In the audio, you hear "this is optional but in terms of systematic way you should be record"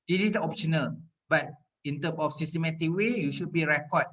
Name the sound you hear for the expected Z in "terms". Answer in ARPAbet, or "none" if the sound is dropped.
none